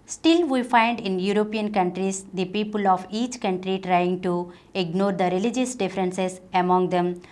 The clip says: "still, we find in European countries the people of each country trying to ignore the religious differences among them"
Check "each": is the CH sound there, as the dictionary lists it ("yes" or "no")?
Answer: yes